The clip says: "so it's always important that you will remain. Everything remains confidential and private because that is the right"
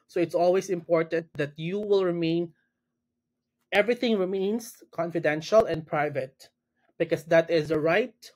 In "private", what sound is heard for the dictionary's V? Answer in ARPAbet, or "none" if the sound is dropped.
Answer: V